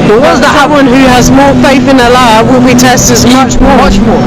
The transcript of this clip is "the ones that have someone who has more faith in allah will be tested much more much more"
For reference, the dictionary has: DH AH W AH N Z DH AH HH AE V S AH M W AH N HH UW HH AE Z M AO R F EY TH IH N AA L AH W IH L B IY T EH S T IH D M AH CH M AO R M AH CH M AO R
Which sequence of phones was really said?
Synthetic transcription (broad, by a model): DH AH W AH Z DH AH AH W AH N HH UW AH Z M AO R F EY TH IH N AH L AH W IH L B IY T EH S T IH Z M AH CH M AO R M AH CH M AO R